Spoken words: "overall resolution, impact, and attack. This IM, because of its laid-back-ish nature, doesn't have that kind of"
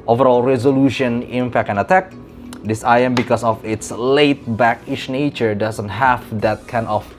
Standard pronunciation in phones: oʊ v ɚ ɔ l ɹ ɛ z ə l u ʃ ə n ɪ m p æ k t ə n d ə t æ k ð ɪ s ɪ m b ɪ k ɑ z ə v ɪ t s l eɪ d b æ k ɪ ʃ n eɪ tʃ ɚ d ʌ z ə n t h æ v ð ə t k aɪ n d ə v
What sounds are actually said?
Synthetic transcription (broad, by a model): oʊ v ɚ ɔ l ɹ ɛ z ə l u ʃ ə n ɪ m f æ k ə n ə t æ k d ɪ s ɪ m b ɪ k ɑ s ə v ɪ t s l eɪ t b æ k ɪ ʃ n eɪ tʃ ɚ d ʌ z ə n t h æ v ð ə t k aɪ n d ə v